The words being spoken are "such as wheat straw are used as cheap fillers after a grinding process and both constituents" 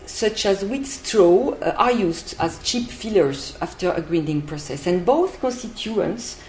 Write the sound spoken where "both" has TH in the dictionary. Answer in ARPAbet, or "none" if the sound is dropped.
TH